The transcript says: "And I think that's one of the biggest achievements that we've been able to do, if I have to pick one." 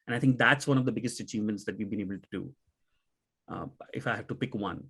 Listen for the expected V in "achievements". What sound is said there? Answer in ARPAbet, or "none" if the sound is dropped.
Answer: V